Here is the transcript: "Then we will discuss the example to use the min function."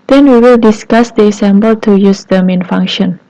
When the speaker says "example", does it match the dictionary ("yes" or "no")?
no